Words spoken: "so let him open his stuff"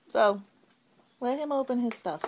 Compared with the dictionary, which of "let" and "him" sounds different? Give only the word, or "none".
let